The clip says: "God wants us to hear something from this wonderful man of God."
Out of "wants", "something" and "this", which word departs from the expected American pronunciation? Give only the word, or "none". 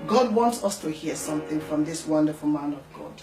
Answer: none